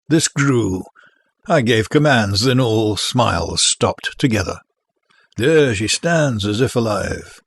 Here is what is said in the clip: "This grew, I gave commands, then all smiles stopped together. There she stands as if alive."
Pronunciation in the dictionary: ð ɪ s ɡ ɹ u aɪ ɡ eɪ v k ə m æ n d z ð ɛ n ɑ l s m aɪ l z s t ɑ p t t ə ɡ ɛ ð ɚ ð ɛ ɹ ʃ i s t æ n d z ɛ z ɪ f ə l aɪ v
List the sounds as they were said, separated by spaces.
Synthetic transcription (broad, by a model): ð ɪ s ɡ ɹ u aɪ ɡ eɪ v k ə m æ n d z ð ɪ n ɑ l s m aɪ l z s t ɑ p t t ə ɡ ɛ ð ɚ ð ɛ ɹ ʃ i s t æ n d z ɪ z ɪ f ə l aɪ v